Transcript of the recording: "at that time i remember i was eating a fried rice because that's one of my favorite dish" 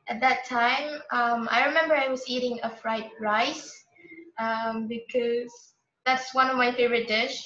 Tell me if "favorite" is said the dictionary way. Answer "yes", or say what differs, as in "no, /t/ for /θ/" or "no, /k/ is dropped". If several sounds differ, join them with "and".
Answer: yes